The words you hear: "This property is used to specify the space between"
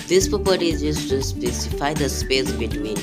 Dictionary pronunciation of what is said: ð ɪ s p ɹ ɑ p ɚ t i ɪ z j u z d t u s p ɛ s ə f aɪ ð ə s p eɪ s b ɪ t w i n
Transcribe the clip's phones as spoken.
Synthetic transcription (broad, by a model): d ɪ s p ɑ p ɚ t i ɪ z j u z t u s p ɛ s ə f aɪ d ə s p eɪ s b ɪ t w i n